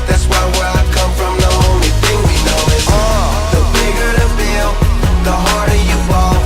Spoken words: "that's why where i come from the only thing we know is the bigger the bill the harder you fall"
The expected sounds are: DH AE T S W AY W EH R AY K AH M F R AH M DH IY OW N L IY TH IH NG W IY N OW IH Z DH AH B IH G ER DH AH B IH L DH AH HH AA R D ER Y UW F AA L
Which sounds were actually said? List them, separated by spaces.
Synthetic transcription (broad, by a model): DH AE T S W AY W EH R AY K AH M F R AH M DH IY OW N L IY TH IH NG W IY N OW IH DH AH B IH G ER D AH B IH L DH AH HH AA R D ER Y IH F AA